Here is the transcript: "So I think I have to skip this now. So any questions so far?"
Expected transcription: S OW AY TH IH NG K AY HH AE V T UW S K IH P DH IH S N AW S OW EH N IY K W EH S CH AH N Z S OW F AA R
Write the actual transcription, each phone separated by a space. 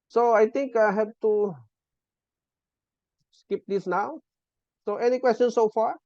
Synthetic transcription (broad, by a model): S OW AY T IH NG K AY HH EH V T UW S K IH P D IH S N AW S OW EH N IY K W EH S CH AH N S OW F AA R